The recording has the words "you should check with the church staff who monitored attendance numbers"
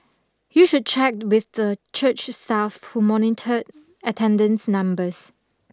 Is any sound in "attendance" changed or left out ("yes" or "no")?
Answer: no